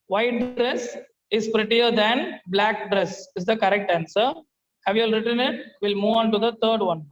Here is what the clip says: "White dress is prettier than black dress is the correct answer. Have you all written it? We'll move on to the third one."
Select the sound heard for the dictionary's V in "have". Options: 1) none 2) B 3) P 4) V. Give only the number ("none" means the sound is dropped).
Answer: 4